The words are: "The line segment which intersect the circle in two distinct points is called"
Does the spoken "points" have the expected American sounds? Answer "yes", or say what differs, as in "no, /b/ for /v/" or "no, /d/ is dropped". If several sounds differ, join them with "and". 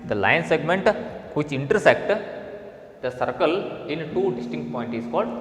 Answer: no, /s/ is dropped